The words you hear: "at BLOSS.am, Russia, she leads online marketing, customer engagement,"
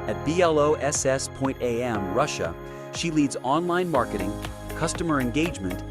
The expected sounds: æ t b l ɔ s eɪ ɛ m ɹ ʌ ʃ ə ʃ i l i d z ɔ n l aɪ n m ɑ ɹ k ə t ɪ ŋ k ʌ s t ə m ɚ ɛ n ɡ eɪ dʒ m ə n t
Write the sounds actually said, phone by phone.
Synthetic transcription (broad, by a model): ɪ t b l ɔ s eɪ ɛ m ɹ ʌ ʃ ə ʃ i l i d z ɔ n l aɪ n m ɑ ɹ k ə t ɪ ŋ k ʌ s t ə m ɚ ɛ n ɡ eɪ dʒ m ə n t